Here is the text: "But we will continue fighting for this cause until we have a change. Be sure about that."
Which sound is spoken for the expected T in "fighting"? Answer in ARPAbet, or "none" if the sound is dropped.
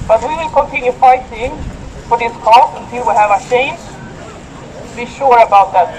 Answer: S